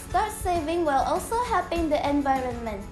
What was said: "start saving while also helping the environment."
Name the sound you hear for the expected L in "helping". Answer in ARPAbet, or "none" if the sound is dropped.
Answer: none